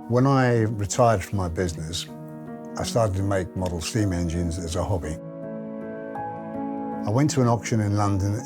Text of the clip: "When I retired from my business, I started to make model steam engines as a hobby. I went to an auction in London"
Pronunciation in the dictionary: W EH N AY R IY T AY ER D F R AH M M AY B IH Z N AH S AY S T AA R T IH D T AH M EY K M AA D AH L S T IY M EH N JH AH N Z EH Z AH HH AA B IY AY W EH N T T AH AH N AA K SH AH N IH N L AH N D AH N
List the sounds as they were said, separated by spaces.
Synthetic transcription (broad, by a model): W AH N AY R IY T AY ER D F R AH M M AY B IH Z N AH S AY S T AA R T IH D T AH M EY K M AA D L S T IY M EH N JH AH N Z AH Z AH HH AA B IY AY W EH N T T AH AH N AA K SH AH N IH N L AH N D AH N